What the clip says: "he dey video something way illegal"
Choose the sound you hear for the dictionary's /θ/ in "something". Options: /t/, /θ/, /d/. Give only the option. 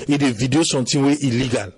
/t/